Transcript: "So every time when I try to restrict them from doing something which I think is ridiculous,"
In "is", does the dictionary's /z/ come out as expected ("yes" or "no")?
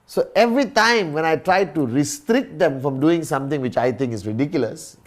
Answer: no